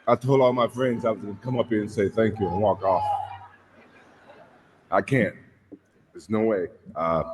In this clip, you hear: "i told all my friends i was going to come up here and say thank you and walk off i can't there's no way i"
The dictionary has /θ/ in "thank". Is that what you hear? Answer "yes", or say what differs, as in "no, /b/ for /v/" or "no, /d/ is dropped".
yes